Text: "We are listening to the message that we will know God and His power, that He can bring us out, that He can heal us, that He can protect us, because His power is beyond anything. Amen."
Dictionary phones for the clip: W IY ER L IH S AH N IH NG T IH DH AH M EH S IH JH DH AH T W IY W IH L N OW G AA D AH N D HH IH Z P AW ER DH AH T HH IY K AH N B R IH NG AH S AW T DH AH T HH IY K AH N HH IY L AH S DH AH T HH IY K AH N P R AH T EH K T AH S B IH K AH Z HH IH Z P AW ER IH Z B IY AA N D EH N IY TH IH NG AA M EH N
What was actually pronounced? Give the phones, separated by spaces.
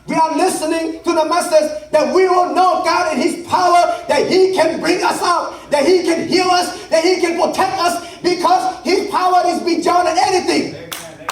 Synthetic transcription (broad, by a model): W IY ER L IH S AH N IH NG T IH DH AH M EH S IH JH DH AH T W IY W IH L N OW G AA D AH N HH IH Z P AW ER DH AH T HH IY K AH N B R IH NG AH S AW T DH AH T HH IY K AH N HH IY L AH S DH AH T HH IY K AH N P R AH T EH K T AH S B IH K AH Z HH IH Z P AW ER IH Z B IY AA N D EH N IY TH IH NG